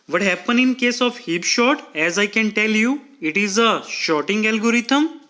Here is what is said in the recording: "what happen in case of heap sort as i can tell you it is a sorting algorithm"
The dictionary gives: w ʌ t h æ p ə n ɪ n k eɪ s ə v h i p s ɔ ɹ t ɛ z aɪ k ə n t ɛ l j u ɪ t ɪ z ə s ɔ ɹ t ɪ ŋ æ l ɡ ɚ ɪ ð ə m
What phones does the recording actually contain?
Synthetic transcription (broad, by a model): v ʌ t h æ p ə n ɪ n k eɪ s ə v h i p ʃ ɔ t ɛ z aɪ k ə n t ɛ l j u ɪ t ɪ z ə ʃ ɔ t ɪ ŋ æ l ɡ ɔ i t ə m